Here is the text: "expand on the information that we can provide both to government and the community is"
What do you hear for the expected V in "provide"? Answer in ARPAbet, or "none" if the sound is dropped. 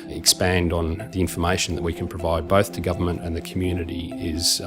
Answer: V